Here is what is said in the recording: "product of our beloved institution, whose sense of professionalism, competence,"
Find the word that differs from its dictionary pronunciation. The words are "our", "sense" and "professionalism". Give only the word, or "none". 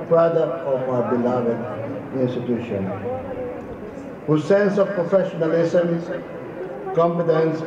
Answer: professionalism